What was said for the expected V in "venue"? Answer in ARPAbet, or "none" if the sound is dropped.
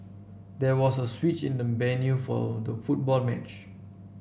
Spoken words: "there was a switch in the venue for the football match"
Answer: B